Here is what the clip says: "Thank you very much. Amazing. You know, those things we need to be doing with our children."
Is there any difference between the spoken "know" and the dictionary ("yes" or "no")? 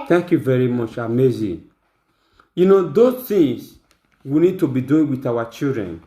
no